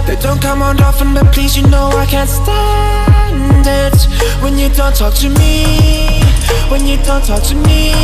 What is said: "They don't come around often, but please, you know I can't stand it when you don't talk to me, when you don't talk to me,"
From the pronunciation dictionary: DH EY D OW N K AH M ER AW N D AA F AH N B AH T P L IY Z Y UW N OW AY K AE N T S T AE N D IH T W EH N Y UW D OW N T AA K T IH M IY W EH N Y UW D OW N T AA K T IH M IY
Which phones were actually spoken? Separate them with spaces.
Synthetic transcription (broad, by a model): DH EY D OW N K AH M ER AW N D AA F AH N B AH T P L IY Z Y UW N OW AY K AE N T S T AE N D IH T W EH N Y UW D OW N T AA K T IH M IY W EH N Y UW D OW N T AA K T IH M IY